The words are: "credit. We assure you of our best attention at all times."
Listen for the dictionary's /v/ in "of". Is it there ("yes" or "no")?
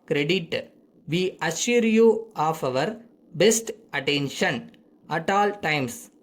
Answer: yes